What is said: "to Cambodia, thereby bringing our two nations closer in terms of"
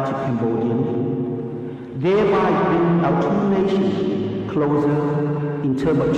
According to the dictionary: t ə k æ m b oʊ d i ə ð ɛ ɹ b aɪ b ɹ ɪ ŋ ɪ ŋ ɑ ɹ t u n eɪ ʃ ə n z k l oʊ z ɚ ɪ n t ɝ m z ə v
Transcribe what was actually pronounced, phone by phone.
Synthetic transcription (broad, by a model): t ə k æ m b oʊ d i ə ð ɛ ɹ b aɪ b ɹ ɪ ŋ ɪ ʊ t u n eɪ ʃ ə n k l oʊ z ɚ ɪ n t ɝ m ə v